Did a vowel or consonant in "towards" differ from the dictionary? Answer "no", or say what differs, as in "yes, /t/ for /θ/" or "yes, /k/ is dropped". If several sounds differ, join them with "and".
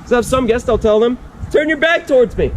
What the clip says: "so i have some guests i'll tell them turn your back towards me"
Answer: no